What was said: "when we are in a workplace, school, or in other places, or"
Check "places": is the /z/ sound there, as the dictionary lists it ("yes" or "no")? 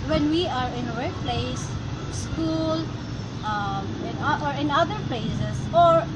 no